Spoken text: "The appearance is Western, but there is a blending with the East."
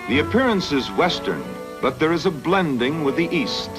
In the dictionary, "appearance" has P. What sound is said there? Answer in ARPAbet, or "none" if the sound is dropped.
P